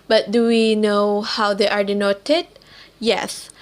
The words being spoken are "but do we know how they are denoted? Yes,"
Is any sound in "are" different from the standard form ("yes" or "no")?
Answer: no